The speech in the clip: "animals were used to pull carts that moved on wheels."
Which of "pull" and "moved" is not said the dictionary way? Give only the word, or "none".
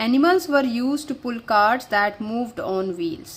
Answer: none